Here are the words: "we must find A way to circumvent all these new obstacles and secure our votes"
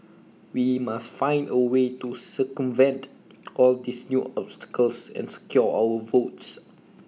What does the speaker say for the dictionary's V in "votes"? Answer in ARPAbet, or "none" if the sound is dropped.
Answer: V